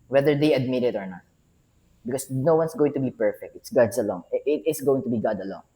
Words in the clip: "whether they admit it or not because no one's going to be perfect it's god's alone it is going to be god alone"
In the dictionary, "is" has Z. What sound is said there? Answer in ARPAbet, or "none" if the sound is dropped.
S